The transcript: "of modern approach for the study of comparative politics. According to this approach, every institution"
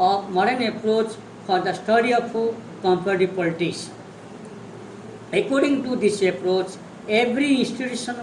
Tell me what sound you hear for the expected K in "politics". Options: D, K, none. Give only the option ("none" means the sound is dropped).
none